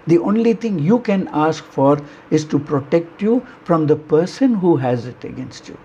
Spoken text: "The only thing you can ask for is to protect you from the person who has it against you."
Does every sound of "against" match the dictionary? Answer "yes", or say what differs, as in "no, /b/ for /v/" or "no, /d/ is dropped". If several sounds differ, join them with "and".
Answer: yes